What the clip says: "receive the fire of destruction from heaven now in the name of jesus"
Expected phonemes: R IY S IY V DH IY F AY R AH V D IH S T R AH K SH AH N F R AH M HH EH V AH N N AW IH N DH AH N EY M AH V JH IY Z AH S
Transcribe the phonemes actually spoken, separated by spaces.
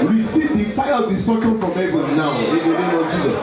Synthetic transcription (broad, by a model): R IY S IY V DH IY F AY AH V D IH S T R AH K AH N F R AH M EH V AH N N AW IH N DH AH N EY M AH V JH IY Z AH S